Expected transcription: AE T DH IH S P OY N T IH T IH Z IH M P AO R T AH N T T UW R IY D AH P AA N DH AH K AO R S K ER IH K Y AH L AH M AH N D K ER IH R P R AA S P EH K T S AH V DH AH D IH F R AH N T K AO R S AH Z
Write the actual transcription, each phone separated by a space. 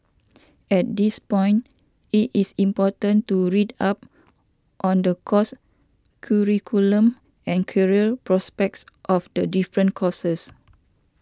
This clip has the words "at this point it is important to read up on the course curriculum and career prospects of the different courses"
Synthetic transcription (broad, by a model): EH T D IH S P OY N T IH T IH S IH M P AO T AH N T T UW R IY D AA P AA N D AH K AO S K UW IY K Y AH L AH M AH N K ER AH L P R AA S P EH K T S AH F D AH D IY F R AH N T K AO S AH S